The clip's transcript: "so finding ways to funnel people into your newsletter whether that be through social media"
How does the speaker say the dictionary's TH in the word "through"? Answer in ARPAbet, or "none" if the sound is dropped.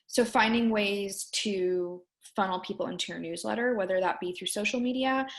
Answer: TH